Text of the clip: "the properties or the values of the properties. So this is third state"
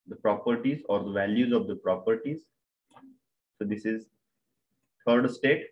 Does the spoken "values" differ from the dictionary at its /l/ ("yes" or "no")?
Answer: no